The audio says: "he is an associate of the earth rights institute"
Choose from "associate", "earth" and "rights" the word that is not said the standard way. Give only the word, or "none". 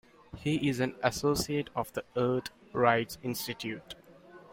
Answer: earth